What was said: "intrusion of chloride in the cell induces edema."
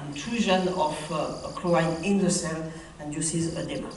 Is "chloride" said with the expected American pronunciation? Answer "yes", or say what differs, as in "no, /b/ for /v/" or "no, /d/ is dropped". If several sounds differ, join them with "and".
no, /ɹ/ is dropped